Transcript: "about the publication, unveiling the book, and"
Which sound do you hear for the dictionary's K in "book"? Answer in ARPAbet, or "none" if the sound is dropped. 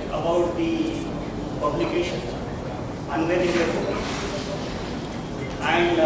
none